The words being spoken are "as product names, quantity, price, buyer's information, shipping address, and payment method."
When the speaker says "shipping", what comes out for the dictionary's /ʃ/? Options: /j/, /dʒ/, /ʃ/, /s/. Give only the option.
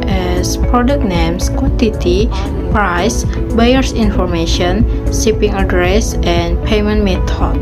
/s/